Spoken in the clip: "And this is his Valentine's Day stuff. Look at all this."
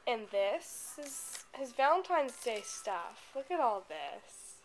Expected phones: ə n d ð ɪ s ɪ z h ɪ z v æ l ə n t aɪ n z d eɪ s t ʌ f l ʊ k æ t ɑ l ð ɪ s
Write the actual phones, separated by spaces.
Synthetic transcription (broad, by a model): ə n ð ɪ s ɪ z h ɪ z v æ l ə n t aɪ n z d eɪ s t ʌ f l ʊ k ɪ t ɑ l ð ɪ s